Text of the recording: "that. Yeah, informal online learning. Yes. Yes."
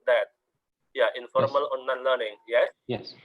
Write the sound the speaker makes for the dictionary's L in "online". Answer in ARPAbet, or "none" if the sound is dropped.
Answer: none